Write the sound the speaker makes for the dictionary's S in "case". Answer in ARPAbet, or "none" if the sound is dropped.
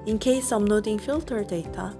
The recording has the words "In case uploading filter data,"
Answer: S